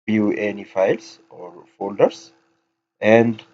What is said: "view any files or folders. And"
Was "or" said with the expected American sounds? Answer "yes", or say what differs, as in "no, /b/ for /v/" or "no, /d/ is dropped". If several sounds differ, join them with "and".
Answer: yes